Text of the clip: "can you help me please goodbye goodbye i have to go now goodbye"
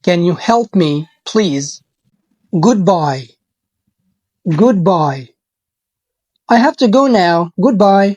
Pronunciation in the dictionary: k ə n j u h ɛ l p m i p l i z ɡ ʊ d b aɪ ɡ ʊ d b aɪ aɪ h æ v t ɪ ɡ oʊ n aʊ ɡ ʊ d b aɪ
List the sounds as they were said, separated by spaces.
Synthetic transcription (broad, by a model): k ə n j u h ɛ l p m i p l i z ɡ ʊ d b aɪ ɡ ʊ d b aɪ aɪ h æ f t ɪ ɡ oʊ n aʊ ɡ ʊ d b aɪ